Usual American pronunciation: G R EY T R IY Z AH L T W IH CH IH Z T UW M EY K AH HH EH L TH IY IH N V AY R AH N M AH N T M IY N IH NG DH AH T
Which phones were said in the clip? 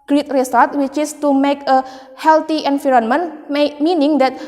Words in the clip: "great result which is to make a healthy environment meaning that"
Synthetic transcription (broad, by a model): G R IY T R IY S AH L T W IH CH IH S T UW M EY K AH HH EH L T IY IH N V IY R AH N M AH N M M IY N IH NG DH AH T